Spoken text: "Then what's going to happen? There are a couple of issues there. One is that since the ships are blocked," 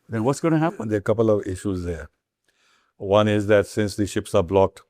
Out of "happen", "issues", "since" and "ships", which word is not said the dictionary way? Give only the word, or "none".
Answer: none